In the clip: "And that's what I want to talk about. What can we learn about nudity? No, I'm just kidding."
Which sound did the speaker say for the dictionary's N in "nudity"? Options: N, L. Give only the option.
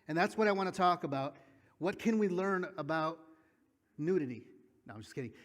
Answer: N